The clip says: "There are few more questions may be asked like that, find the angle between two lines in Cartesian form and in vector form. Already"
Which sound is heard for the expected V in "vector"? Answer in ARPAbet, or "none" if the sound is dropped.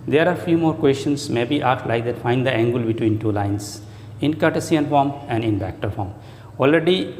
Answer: B